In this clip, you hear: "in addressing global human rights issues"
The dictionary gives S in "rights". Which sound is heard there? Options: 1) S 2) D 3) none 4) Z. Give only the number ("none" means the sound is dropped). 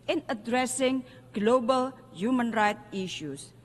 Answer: 3